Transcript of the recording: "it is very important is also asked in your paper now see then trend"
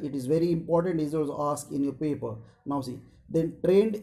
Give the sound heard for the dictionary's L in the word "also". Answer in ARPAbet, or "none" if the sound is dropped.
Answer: none